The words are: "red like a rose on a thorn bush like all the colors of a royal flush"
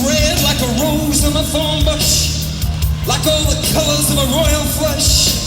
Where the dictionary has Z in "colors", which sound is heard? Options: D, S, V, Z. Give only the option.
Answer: Z